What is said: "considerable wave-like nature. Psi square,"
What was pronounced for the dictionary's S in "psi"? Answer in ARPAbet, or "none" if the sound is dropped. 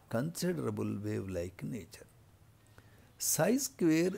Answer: S